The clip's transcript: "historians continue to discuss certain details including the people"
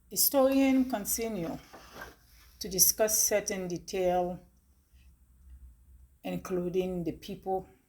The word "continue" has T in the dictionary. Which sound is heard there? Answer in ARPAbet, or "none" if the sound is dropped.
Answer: S